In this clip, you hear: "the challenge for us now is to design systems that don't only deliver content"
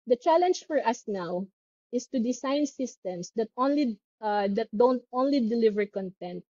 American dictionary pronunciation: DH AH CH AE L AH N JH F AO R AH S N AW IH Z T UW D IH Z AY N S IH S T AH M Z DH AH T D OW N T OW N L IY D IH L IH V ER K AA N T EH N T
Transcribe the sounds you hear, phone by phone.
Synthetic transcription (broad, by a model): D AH CH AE L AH N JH F AO R AH S N AW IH S T UW D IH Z AY N S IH S T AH M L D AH T D OW N T OW N L IY D IH L IH V ER K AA N T EH N T